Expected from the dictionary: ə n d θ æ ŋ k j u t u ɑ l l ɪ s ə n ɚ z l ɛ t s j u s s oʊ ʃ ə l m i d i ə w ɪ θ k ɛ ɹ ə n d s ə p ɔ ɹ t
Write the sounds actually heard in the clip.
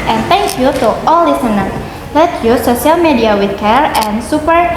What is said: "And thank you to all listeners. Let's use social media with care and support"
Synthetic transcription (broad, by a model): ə n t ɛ ŋ k j u t u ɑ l l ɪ s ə n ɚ l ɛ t j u s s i ə l m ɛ d i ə w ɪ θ k ɛ ɹ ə n s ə p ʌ ɹ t